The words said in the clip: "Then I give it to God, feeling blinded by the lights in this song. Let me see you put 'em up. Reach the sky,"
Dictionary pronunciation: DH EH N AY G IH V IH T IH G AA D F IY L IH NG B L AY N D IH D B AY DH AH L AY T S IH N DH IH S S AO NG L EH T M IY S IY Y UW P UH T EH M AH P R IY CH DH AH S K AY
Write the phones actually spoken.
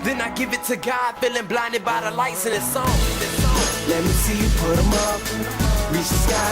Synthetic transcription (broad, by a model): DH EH N AY G IH V IH T IH G AA D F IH L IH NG B L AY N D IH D B AY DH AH L AY T S IH N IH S S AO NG L EH T M IY S IY P UH T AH M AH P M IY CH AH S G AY